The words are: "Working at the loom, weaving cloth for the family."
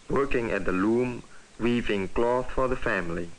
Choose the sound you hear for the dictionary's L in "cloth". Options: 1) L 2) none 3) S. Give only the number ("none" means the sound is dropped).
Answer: 1